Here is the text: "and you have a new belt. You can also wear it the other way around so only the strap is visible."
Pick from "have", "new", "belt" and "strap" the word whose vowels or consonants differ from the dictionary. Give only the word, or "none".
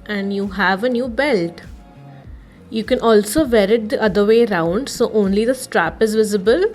none